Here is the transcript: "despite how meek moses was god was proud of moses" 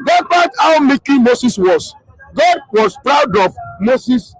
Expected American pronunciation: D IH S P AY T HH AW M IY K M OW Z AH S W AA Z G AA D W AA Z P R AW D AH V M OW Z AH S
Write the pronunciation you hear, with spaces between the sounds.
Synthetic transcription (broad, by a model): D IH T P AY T AW M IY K M OW S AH S W AA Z G AA D W AA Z P R AW D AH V M OW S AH S